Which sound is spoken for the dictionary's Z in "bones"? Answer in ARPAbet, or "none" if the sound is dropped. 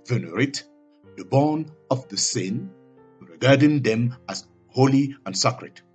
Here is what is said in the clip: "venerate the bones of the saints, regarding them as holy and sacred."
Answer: none